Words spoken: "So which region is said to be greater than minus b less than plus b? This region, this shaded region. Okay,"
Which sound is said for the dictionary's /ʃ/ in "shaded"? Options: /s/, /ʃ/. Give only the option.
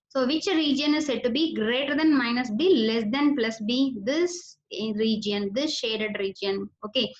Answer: /ʃ/